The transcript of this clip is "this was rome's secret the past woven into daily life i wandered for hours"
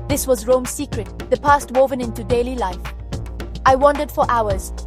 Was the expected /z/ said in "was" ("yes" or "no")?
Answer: yes